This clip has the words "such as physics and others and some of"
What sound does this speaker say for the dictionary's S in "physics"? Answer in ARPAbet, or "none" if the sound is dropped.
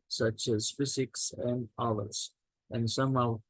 S